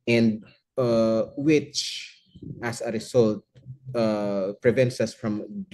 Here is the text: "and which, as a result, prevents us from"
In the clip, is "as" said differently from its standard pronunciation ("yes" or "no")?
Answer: yes